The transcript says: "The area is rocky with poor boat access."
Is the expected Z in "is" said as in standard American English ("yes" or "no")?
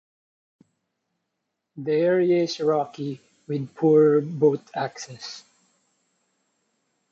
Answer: no